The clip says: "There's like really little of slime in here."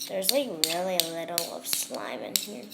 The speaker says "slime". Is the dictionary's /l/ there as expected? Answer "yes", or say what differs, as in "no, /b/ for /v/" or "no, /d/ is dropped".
yes